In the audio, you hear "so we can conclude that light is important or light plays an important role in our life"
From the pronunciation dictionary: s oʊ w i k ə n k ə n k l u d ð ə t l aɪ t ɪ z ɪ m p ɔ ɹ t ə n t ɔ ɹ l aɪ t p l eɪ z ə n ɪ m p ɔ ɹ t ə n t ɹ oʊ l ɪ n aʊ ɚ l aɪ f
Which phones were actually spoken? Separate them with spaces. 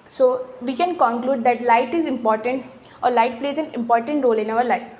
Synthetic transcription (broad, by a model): s oʊ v i k ə n k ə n k l u d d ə t l aɪ t ɪ z ɪ m p ɔ ɹ t ə n t ɔ ɹ l aɪ t f l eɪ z ə n ɪ m p ɔ ɹ t ə n t ɹ oʊ l ɪ n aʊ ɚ l aɪ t